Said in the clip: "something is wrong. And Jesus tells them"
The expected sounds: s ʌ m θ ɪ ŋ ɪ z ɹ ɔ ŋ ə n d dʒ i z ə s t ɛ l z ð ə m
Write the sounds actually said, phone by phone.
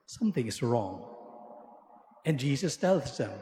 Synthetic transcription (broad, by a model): s ʌ m θ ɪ ŋ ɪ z ɹ ɔ ŋ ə n dʒ i z ə s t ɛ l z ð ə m